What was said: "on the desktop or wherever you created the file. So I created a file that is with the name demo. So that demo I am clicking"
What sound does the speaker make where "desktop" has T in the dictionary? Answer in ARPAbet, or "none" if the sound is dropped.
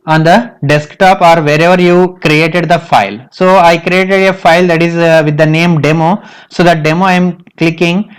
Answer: T